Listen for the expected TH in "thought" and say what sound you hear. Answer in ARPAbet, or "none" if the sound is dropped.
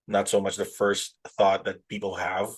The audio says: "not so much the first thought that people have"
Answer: TH